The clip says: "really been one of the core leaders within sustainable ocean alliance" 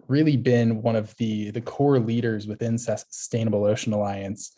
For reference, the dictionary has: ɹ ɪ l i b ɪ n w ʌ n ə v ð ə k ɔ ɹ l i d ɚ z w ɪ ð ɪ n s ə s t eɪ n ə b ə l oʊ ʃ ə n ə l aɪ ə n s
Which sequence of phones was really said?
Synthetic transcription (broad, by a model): ɹ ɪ l i b ɪ n w ʌ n ə v ð ə k ɔ ɹ l i d ɚ z w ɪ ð ɪ n s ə s t eɪ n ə b l oʊ ʃ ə n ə l aɪ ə n s